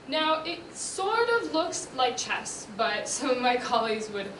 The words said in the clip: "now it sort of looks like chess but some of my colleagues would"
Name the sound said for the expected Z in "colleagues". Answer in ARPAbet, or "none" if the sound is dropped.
Z